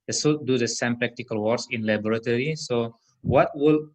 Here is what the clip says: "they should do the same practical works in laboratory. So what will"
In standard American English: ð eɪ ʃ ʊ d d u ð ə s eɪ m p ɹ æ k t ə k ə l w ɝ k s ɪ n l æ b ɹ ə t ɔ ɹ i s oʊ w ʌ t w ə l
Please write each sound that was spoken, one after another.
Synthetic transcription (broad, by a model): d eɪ s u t d u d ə s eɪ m p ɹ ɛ k t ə k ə l w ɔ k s ɪ n l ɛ b ɹ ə t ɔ ɹ i s oʊ w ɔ t w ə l